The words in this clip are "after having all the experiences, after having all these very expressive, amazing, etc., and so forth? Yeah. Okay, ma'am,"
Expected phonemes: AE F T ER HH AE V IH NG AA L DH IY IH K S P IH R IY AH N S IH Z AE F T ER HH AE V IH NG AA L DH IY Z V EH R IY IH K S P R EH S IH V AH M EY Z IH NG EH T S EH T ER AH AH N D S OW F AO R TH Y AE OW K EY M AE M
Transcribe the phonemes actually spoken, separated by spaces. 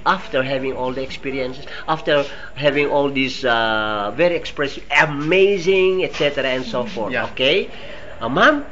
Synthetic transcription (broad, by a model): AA F T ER HH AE V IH NG AA L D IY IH K S P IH R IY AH N S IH S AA F T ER HH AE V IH NG AA L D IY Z V EH R IY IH K S P R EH S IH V AH M EY Z IH NG EH T S EH T ER AH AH N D S OW F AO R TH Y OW K EY M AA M